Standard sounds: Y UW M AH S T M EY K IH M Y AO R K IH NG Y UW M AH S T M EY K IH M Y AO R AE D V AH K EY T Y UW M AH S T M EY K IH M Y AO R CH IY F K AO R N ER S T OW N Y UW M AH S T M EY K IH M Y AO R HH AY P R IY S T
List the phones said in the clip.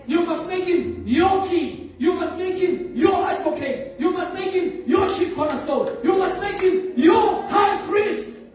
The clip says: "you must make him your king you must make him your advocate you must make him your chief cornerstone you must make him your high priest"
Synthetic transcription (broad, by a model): Y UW M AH S T M EY K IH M Y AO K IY Y UW M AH S T M EY K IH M Y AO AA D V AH K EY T Y UW M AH S T M EY K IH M Y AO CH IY P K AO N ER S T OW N Y UW M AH S T M EY K IH M Y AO HH AY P R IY S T